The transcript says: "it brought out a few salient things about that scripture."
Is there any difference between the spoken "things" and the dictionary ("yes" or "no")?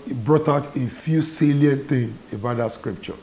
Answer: yes